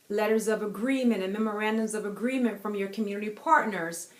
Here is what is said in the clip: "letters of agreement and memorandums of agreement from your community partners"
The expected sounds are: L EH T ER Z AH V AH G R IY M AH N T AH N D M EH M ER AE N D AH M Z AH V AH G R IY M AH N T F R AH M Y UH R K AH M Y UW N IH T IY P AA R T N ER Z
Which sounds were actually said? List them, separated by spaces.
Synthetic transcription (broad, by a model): L EH T ER Z AH V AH G R IY M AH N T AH N M EH M ER AE N D AH M Z AH V AH G R IY M AH N T F R AH M Y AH R K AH M Y UW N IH T IY P AA R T N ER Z